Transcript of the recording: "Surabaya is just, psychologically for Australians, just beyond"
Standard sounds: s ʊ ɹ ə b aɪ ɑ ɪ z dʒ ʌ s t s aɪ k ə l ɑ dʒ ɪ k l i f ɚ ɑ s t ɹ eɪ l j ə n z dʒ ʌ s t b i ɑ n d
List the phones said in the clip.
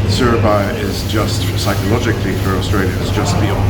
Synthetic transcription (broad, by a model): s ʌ ɹ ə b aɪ ɪ z dʒ ʌ s t s aɪ k ə l ɑ dʒ ɪ k l i f ɚ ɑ s t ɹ eɪ l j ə z dʒ ʌ s t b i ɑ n